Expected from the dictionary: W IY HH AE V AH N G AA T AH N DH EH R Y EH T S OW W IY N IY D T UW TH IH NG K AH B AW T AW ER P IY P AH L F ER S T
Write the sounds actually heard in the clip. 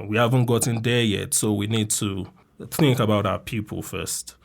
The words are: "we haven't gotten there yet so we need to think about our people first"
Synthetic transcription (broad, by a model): W IY HH AE V AH N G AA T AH N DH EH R Y EH T S OW W IY N IY D T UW TH IH NG K AH B AW T AW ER P IY P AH L F ER S T